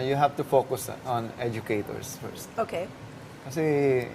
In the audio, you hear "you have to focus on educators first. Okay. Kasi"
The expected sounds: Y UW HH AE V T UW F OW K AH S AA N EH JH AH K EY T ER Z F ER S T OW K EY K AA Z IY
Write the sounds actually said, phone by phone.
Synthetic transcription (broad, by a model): Y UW HH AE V T UW F OW K AH S AA N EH JH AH K EY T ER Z F ER S T OW K EY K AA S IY